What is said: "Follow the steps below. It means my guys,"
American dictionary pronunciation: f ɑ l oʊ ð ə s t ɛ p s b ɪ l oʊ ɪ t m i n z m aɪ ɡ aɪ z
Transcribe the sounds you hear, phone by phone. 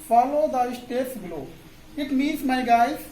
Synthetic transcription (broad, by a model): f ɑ l oʊ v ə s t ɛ s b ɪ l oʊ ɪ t m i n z m aɪ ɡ aɪ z